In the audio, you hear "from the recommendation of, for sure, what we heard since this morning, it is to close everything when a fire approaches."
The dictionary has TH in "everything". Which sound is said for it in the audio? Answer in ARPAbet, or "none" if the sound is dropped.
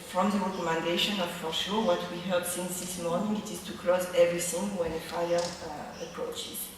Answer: S